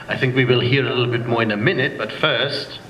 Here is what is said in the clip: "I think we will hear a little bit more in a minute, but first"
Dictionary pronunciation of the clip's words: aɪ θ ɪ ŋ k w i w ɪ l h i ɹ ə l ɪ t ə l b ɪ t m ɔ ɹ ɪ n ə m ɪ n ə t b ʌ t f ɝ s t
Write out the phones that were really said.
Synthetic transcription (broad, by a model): aɪ θ ɪ ŋ k w i w ɪ l h i ɹ ə l ɪ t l b ɪ t m ɔ ɹ ɪ n ə m ɪ n ə t b ʌ t f ɝ s t